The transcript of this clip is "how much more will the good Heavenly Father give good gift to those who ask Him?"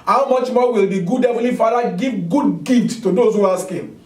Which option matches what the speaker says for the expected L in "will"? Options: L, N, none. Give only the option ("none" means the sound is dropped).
L